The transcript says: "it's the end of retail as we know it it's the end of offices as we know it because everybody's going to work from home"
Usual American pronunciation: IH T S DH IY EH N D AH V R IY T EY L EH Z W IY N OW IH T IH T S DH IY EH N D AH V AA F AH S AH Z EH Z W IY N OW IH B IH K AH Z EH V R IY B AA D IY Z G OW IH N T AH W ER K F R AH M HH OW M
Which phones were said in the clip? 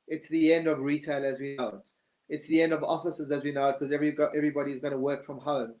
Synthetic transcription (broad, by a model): IH T S DH IY EH N D AH V R IY T EY L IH Z W IY N OW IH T IH T S DH IY EH N D AH V AA F AH S AH Z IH Z W IY N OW IH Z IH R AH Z EH V R IY B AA D IY Z G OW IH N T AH W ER K F R AH M HH OW M